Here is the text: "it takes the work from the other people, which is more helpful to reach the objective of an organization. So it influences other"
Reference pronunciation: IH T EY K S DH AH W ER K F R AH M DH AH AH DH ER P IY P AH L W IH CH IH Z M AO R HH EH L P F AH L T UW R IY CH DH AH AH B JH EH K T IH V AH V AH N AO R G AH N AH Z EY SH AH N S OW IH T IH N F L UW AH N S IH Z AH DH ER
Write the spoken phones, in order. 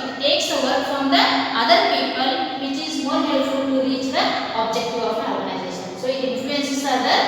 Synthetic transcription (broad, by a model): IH T EY K S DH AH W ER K F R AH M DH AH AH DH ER P IY P AH L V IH CH IH Z M AO R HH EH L F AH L T UW R IY CH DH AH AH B JH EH K T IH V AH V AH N AO R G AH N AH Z EY SH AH N S OW IH T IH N F L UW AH N S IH S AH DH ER